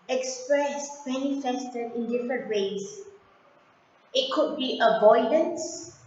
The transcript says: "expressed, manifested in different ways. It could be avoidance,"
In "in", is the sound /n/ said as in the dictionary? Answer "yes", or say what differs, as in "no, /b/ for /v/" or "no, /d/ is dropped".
yes